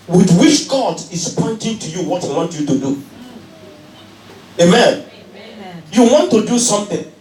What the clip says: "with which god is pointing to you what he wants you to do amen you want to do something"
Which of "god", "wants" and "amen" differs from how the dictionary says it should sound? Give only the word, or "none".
wants